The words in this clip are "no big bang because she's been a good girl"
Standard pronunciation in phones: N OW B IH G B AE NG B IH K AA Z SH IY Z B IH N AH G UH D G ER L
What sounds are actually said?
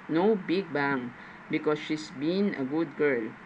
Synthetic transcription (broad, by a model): N OW B IH G B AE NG B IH K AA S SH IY S B IH N AH G UH D G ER L